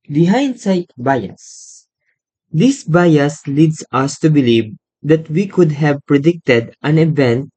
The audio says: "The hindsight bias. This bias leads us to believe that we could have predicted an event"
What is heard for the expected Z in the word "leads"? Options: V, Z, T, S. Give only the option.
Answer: S